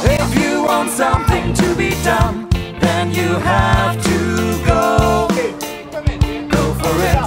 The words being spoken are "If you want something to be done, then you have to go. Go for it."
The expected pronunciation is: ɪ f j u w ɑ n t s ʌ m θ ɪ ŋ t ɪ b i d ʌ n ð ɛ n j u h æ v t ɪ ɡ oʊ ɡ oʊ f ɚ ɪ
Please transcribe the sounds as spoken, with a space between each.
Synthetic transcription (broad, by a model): ɪ f j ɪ w ɑ n t s ʌ m θ ɪ ŋ t ɪ b i d ʌ n ð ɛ n j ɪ h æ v t ɪ ɡ oʊ ɡ oʊ f ɚ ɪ